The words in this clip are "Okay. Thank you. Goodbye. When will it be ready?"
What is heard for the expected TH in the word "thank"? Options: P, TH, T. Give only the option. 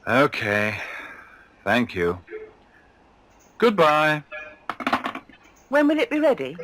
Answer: TH